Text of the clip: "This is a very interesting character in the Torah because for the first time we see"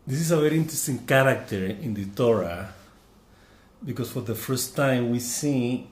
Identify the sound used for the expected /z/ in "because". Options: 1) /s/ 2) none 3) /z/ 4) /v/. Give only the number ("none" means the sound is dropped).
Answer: 1